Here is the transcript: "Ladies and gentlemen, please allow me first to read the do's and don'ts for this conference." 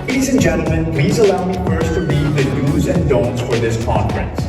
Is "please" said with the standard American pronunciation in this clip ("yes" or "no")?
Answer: yes